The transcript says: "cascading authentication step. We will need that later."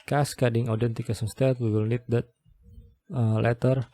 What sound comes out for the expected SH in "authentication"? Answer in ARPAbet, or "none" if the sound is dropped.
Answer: S